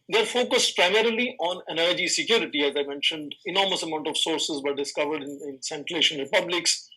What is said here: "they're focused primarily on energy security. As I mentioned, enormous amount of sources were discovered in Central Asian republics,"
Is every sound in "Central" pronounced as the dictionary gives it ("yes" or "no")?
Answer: no